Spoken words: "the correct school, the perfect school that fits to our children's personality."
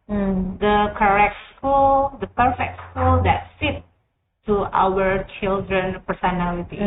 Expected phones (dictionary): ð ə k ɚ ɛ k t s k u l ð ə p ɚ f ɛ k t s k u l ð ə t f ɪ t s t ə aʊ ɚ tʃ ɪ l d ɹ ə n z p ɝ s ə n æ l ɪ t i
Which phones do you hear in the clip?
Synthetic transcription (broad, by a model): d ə k ɚ ɛ k t s k u l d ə p ɚ f ɛ k t s k u l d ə t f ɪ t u t aʊ ɚ tʃ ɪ l d ɹ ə n p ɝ s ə n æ l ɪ t i